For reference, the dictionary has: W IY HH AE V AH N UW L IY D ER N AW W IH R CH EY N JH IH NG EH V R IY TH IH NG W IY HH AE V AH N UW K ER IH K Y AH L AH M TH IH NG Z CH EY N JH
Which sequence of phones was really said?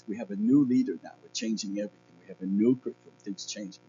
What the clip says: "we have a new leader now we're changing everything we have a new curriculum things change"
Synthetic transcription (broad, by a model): W IY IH V AH N UW L IY D ER N AW W IH R CH EY N JH IH NG EH V R IY TH IH NG W IY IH V AH N UW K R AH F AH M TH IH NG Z CH EY N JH